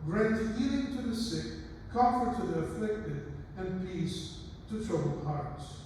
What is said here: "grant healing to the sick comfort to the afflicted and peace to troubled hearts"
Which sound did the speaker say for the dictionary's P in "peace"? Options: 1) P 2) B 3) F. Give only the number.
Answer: 1